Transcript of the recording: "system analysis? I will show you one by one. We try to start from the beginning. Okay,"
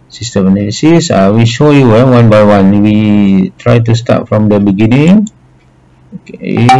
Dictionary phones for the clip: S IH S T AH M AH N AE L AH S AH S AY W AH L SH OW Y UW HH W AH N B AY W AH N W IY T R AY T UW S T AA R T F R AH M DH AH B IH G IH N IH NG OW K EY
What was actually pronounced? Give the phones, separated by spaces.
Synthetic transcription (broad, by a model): S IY S T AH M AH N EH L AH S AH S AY W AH SH OW Y UW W W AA N B AY W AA N W IY T R AY T UW S T AA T F R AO M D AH B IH G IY N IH NG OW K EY